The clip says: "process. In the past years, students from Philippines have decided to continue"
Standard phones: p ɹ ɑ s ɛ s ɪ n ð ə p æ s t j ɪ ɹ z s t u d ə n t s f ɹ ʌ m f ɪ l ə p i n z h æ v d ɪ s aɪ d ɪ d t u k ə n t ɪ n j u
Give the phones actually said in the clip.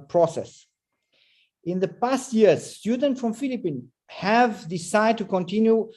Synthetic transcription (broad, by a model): p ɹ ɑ s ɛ s ɪ n ð ə p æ s t j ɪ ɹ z s t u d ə n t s f ɹ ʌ m f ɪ l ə p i n h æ v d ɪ s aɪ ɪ d t u k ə n t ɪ n j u